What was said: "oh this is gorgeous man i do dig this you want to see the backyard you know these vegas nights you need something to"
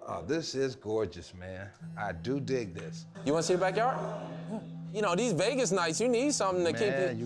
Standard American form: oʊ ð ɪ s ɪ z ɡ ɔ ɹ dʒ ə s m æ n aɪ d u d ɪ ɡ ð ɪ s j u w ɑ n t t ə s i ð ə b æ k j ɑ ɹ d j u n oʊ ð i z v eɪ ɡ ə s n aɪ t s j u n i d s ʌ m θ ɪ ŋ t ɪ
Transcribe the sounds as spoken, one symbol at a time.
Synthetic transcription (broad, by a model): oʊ ð ɪ s ɪ z ɡ ɔ ɹ dʒ ə s m æ n aɪ d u d ɪ ɡ ð ɪ s j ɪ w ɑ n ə s i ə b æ k j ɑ ɹ j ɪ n oʊ ð i z v eɪ ɡ ə s n aɪ t s j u n i d s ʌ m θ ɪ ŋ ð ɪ